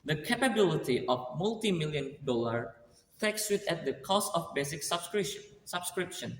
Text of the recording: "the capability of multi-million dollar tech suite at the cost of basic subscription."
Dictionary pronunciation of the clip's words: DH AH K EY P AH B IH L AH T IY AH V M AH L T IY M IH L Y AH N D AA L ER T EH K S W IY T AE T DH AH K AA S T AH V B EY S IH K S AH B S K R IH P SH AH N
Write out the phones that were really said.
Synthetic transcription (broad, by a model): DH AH K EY P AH B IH L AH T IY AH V M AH L T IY M IH L Y AH N D AA L ER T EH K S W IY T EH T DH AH K AA S T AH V B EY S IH K S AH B S K R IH P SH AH N